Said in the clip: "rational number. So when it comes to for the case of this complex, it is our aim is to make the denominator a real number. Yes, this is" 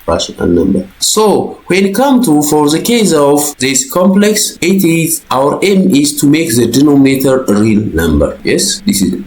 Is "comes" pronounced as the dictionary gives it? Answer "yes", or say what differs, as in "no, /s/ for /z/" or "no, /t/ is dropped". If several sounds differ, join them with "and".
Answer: no, /z/ is dropped